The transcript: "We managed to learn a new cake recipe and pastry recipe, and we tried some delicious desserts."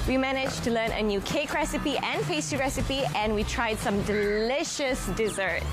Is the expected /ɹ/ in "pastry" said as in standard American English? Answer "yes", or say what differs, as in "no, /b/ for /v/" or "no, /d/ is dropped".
no, /ɹ/ is dropped